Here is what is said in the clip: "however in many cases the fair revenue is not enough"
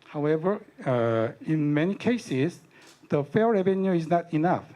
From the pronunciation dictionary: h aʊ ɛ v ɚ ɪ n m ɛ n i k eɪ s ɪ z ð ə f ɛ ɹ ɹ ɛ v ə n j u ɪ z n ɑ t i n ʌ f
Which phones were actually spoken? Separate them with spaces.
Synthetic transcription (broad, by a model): h aʊ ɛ v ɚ ɪ n m ɛ n i k eɪ s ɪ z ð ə f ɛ l ɹ ɛ v ə n j u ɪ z n ɑ t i n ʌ f